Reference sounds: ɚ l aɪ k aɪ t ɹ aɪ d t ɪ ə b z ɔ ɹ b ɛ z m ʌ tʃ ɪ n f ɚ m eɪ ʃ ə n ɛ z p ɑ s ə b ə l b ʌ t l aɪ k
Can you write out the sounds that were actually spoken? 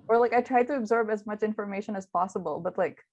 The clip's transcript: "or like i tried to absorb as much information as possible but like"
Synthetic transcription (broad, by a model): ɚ l aɪ k aɪ t ɹ aɪ d t ɪ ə b z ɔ ɹ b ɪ z m ʌ tʃ ɪ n f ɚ m eɪ ʃ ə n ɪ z p ɑ s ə b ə l b ʌ t l aɪ k